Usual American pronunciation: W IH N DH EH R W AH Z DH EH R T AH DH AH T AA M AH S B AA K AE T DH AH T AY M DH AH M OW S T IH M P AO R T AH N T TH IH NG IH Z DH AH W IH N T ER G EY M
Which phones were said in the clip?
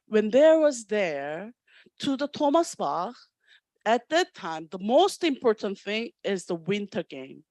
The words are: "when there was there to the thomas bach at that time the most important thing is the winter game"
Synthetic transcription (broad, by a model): W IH N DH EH R W AH Z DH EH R T AH DH AH T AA M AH S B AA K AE T DH AH T AY M DH AH M OW S T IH M P AO R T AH N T TH IH NG IH Z DH AH W IH N T ER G EY M